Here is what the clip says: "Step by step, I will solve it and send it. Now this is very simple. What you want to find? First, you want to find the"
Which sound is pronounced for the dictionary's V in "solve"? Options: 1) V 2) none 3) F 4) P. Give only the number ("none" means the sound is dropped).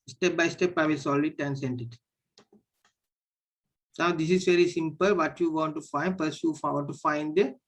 2